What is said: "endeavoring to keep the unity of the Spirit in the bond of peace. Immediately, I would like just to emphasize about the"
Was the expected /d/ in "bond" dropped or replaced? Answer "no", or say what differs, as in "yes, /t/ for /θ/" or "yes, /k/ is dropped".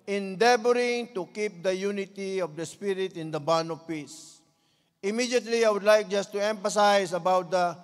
yes, /d/ is dropped